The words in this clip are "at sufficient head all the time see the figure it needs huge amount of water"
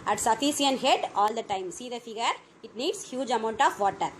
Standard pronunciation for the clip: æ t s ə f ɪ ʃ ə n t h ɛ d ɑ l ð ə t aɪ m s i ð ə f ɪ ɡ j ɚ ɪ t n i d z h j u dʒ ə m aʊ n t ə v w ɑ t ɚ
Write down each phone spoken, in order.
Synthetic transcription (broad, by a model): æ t s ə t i s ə n h ɛ d ɑ l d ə t aɪ m s i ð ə f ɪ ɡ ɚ ɪ t n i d s h j u dʒ ə m aʊ n t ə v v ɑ t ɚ